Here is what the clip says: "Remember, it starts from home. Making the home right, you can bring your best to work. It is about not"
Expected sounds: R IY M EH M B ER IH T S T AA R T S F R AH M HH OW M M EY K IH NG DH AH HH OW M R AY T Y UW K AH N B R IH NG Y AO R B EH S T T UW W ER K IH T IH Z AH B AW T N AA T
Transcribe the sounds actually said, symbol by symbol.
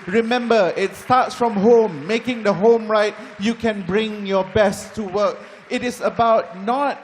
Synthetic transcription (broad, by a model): R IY M EH M B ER IH T S T AA T S F R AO M HH OW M M EY K IH NG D AH HH OW M R AY T Y UW K AH N B R IH NG Y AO B EH S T T UW W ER K IH T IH S AH B AW T N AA T